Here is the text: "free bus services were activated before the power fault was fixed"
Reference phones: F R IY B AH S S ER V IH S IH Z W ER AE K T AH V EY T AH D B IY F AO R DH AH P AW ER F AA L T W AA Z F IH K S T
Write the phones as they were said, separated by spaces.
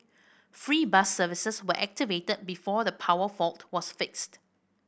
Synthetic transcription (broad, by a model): F R IY B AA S S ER V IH S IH S W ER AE K T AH V EY T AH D B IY F AO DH AH P AW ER F AA L T W AA S F IH K S T